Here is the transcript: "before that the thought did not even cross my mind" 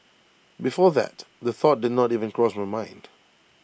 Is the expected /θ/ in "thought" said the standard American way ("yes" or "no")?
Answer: yes